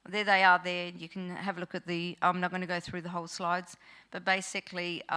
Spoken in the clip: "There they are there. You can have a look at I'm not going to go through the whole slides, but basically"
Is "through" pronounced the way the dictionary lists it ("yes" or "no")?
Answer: yes